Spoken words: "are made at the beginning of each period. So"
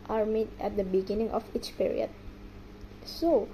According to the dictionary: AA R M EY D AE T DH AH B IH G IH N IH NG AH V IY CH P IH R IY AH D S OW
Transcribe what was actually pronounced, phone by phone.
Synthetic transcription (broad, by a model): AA R M EY D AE T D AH B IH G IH N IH NG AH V IY CH P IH R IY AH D S OW